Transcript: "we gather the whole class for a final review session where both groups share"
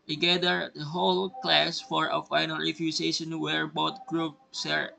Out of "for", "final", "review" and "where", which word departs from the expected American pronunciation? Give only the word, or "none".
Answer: review